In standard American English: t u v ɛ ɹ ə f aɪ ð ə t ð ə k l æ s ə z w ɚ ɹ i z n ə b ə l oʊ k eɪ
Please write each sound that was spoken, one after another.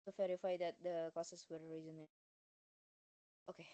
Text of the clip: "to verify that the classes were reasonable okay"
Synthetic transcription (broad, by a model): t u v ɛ ɹ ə f aɪ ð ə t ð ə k ɔ s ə s w ɚ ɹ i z ə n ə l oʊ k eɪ